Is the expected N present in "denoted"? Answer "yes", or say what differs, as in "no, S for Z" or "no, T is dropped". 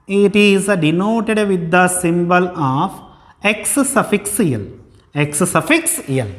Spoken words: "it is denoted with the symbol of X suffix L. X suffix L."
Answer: yes